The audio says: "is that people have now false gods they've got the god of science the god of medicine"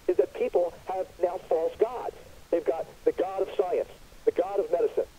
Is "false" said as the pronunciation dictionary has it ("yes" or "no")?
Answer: yes